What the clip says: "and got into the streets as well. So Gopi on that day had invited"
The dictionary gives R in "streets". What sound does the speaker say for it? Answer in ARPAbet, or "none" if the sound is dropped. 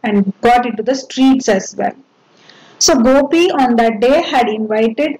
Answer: R